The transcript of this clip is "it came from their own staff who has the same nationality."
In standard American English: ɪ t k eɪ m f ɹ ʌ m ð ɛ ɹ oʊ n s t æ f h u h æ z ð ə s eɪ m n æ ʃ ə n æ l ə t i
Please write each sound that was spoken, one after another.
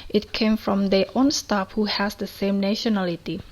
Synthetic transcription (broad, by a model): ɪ t k eɪ m f ɹ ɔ m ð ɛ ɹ oʊ n s t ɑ p h u h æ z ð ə s eɪ m n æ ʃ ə n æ l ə t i